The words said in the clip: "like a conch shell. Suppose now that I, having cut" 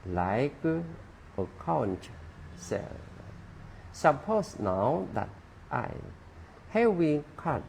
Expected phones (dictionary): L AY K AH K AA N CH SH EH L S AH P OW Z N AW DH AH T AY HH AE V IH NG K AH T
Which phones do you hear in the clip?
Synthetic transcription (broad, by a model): L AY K AH K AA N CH S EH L S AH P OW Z N AW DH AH T AY HH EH W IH K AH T